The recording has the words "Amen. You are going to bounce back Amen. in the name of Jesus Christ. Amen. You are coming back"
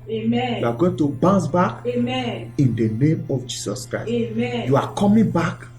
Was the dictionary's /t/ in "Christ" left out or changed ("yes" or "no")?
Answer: yes